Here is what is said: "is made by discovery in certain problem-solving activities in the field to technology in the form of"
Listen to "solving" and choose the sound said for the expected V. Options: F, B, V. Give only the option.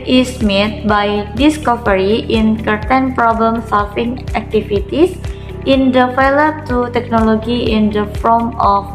F